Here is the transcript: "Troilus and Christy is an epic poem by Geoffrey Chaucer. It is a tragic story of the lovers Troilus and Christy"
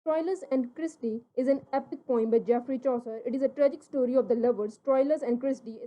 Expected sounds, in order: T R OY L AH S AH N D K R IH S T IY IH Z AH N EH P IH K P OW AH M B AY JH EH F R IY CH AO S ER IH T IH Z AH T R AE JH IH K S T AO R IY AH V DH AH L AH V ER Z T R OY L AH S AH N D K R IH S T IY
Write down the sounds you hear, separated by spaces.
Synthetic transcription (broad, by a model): T R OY L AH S AH N D K R IH S T IY IH Z AH N EH P IH K P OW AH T B AY JH EH F R IY CH AO S ER IH T IH Z AH T R AE JH IH K S T AO R IY AH V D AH L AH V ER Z T R OY L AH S AH N D K R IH S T IY